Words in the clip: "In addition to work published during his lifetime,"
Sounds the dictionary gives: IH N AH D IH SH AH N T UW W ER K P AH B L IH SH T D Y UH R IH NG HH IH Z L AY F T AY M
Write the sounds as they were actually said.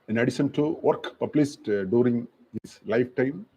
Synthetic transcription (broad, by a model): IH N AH D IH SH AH N T UW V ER K P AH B L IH S T D Y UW R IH NG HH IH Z L AY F T AY M